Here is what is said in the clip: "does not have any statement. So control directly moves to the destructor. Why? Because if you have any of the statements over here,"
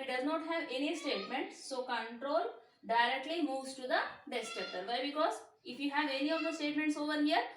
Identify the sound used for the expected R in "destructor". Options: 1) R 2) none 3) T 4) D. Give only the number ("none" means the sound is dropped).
2